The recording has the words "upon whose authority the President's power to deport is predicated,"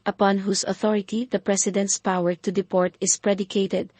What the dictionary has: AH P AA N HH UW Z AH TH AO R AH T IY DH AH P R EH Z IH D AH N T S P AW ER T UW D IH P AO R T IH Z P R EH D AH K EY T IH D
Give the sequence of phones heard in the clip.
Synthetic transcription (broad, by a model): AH P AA N HH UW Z AH TH AO R AH T IY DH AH P R EH S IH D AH N T S P AW ER T UW D IH P AO R T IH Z P R EH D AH K EY T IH D